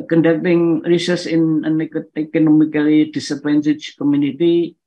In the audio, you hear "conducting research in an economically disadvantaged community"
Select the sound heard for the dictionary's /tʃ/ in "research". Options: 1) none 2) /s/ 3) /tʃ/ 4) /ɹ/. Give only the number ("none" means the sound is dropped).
2